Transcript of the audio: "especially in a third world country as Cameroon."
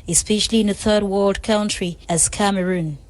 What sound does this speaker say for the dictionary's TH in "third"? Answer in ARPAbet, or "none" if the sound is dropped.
TH